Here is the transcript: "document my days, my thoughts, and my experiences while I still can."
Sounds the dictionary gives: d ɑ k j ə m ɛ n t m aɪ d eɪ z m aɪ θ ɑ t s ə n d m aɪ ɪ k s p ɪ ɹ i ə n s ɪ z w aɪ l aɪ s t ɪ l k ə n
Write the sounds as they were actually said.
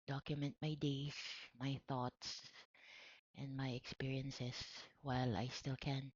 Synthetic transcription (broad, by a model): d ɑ k j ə m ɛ n t m aɪ d eɪ s m aɪ θ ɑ t s ə n d m aɪ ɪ k s p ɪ ɹ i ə n s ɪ s w aɪ l aɪ s t ɪ l k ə n